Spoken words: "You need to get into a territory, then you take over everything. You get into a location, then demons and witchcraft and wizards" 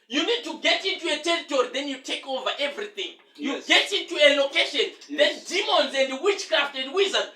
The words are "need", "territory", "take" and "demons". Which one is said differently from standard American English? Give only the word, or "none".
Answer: none